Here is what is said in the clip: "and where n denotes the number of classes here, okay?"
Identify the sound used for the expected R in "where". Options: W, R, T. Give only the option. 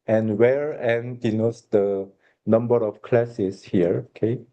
R